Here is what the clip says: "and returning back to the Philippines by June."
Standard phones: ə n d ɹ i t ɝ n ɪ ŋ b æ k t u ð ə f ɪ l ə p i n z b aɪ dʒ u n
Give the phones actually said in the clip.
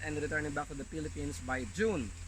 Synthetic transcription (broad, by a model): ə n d ɹ i t ɝ n ɪ ŋ b æ k t u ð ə p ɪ l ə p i n s b aɪ dʒ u n